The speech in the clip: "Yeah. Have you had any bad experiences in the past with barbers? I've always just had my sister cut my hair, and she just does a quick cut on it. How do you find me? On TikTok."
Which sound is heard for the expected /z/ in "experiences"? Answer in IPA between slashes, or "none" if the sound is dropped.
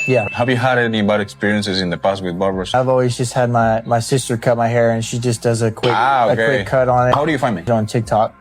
/z/